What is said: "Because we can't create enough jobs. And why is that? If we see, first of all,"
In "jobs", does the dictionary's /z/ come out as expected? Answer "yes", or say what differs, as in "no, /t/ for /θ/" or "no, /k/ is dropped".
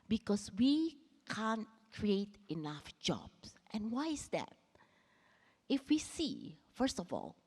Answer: no, /s/ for /z/